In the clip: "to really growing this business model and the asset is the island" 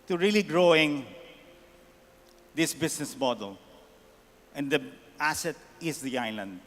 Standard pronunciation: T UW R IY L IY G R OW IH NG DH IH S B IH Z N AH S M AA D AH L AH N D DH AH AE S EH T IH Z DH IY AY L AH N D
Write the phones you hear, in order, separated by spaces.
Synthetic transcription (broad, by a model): T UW R IY L IY G R OW IH NG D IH S B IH S N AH S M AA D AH L AH N D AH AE S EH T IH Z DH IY AY L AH N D